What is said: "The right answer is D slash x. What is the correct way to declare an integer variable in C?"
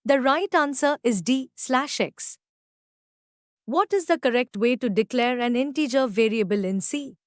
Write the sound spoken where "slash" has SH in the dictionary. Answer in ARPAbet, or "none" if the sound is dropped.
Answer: SH